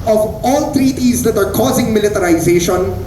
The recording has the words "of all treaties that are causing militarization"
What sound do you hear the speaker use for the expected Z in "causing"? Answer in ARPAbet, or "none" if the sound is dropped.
Z